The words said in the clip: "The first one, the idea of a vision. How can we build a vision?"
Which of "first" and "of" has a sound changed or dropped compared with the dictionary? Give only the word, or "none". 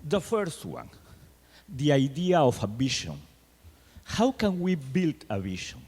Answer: of